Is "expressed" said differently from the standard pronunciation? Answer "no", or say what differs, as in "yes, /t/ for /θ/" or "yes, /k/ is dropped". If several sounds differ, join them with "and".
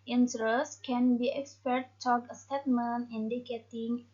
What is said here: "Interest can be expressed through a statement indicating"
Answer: yes, /ɹ/ is dropped